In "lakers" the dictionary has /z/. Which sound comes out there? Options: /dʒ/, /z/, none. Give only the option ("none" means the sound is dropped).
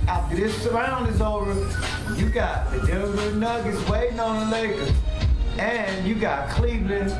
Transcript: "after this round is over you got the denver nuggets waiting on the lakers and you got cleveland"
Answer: none